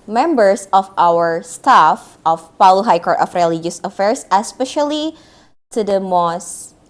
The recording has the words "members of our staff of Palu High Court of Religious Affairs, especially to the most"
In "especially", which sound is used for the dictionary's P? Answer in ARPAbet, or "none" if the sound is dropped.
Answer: P